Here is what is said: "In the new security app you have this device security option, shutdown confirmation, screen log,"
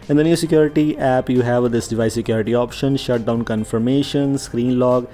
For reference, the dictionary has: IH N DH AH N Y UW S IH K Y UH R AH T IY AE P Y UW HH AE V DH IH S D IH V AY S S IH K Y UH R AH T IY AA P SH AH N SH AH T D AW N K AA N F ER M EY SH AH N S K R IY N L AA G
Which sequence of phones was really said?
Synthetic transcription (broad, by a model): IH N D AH N Y UW S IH K Y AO R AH T IY AE P Y UW HH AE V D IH S D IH V AY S S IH K Y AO R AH T IY AA P SH AH N SH AH T D AW N K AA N F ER M EY SH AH N S K R IY N L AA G